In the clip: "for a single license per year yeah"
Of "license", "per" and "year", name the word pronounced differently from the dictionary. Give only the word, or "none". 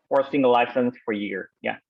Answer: per